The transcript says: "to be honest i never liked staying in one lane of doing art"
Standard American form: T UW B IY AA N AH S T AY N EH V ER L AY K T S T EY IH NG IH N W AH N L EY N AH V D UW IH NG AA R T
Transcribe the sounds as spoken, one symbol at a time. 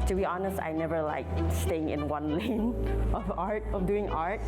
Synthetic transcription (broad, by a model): T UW B IY AA N AH S T AY N EH V ER L AY K S T EY IH NG IH N W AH N L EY N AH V D UW IH NG AA R T